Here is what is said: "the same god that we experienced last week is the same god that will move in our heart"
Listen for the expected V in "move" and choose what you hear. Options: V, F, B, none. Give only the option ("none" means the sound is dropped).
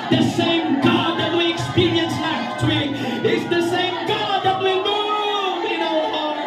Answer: none